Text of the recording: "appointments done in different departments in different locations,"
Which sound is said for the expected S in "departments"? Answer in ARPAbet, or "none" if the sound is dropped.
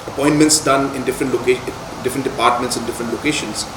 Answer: S